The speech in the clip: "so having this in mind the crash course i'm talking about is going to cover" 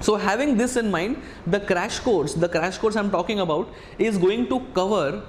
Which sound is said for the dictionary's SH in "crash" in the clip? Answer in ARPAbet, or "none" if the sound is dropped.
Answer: SH